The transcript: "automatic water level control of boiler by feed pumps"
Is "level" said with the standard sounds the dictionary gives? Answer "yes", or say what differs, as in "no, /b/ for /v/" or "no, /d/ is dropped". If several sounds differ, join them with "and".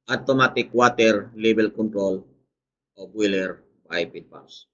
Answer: no, /b/ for /v/